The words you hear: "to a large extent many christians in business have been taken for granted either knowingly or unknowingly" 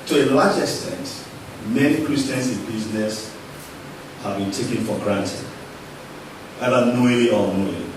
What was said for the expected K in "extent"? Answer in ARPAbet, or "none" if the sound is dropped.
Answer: K